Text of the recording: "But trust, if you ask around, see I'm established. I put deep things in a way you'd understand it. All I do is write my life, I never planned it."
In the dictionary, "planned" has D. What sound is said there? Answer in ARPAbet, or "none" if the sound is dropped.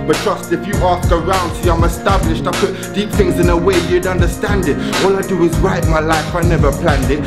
D